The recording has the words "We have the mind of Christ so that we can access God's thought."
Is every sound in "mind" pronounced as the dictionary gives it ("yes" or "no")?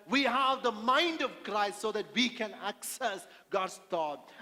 yes